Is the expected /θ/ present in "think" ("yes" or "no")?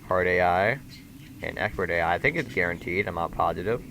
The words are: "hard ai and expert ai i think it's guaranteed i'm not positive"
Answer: yes